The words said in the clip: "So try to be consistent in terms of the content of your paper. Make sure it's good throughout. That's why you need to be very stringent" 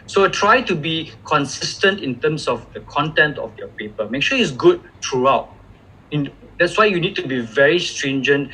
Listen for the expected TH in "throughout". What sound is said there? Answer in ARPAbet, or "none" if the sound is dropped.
T